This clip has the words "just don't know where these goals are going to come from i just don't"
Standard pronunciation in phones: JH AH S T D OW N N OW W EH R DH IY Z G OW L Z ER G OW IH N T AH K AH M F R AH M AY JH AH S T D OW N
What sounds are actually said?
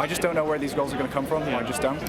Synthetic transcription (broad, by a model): JH AH S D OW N N OW W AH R DH IY Z G OW L Z ER G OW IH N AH K AH M F R AH M AY JH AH S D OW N